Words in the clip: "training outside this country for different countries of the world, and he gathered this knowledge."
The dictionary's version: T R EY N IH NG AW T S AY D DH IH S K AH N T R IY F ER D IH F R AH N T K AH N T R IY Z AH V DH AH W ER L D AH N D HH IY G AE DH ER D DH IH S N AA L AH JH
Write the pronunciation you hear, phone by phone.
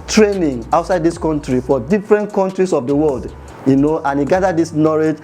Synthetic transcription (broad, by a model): T R EY N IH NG AW T S AY D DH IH S K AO N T R IY F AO D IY F R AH N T K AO N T R IY S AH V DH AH W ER L D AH N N HH IY G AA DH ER D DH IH S N AA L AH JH